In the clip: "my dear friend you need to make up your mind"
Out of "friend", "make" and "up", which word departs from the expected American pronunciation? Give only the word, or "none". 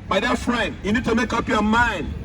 none